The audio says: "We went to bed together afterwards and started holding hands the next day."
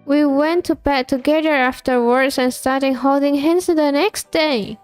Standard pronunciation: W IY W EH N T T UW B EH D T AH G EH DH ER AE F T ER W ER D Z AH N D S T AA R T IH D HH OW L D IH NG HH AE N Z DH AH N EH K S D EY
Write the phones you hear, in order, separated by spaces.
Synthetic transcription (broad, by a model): W IY W EH N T T UW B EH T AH G EH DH ER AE F T ER W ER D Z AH N S T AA R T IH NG HH OW L D IH NG HH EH N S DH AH N EH K S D EY